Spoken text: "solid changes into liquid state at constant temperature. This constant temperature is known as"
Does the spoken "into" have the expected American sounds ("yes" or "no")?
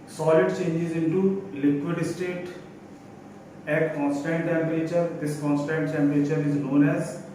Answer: yes